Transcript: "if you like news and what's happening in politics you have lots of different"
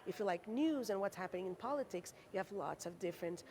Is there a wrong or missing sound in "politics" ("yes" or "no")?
no